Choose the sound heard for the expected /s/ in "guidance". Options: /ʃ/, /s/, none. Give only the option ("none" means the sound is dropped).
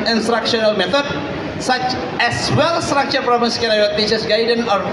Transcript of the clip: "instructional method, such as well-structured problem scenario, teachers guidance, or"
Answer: none